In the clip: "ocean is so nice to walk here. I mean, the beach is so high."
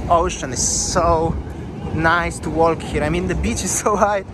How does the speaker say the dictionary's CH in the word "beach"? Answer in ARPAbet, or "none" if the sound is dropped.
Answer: CH